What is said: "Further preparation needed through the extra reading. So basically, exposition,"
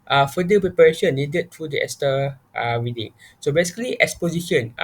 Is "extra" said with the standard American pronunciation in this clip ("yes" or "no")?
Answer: no